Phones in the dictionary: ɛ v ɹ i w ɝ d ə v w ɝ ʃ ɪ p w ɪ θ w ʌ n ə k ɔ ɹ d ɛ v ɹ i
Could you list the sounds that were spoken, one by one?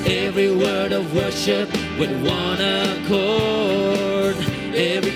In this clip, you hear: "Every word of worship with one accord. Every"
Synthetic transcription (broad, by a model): ɛ v ɹ i w ɝ d ə v w ɝ ʃ ɪ p w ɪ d w ʌ n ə k ɔ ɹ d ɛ v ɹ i